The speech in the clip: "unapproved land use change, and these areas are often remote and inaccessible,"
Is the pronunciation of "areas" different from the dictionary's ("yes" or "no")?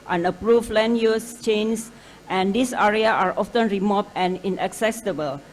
yes